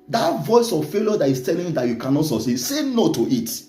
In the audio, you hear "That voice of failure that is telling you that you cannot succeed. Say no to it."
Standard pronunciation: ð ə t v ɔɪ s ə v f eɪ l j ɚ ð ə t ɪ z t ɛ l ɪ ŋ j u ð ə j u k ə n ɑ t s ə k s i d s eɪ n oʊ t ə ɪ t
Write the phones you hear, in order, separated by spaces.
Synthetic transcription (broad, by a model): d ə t v ɔɪ s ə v f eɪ l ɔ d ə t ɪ s t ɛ l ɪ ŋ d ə j u k ə n ɑ t s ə s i s eɪ n oʊ t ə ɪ t